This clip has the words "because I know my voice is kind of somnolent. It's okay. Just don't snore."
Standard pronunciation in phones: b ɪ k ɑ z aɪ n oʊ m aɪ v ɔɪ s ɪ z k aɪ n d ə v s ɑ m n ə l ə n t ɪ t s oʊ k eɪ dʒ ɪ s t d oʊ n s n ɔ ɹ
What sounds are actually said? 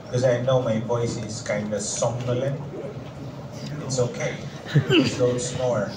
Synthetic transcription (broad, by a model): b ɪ k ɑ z aɪ n oʊ m aɪ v ɔɪ s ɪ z k aɪ n d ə s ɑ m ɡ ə l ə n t ɪ t s oʊ k eɪ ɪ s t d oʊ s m ɔ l